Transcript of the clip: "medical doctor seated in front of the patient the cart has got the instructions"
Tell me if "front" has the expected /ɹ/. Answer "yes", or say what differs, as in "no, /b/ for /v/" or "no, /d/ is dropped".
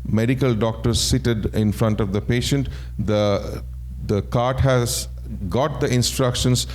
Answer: yes